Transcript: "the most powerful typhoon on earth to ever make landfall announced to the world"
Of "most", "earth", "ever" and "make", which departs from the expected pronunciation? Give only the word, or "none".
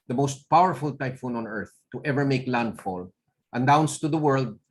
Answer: none